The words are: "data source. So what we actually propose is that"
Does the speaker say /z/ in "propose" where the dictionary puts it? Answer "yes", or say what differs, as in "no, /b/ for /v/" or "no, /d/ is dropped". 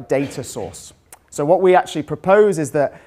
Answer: yes